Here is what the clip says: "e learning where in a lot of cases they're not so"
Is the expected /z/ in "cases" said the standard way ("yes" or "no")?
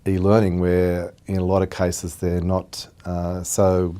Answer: yes